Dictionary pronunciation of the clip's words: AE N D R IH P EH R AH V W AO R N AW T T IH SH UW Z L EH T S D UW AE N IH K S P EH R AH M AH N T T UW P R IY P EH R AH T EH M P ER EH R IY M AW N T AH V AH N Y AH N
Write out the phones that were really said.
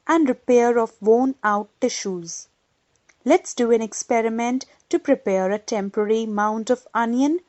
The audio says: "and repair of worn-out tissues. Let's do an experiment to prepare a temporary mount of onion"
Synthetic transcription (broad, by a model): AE N D R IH P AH R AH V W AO N AW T T IH SH UW Z L EH T S D UW AE N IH K S P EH R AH M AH N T T UW P R IY P EH R AH T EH M P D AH R IY M AW N T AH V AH N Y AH N